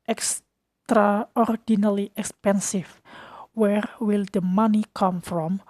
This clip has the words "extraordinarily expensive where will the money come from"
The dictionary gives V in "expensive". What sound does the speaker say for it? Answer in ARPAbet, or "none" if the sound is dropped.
F